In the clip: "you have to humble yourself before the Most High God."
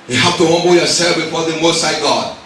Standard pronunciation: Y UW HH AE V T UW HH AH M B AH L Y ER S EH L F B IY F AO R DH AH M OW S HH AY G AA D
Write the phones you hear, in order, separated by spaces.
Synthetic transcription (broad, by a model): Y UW HH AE F T UW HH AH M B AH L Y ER S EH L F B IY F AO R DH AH M OW S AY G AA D